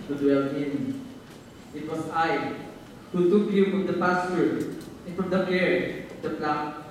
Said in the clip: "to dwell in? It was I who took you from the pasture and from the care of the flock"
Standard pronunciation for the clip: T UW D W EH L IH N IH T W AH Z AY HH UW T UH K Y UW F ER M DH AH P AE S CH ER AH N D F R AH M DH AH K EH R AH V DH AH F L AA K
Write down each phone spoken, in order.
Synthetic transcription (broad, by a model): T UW D W EH L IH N IH T W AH S AY HH UW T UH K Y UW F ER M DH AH P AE S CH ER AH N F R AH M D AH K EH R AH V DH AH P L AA